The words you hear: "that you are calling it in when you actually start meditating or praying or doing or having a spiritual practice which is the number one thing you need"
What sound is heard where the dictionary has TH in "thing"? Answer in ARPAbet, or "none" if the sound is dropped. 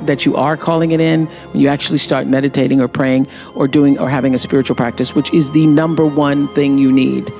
TH